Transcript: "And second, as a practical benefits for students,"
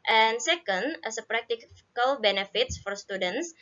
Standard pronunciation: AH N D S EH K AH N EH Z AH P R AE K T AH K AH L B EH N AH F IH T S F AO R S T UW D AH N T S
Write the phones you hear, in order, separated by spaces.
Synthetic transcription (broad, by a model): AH N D S EH K AH N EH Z AH P R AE K T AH K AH L B EH N AH F IH T S F AO R S T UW D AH N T S